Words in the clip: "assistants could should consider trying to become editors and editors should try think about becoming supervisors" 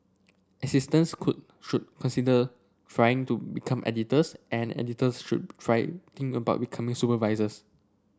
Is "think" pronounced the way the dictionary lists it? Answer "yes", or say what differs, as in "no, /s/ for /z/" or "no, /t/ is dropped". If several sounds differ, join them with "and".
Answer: no, /t/ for /θ/ and /k/ is dropped